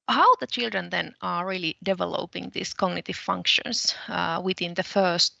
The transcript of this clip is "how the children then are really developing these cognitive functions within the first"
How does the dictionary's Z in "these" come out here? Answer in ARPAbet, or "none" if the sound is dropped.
S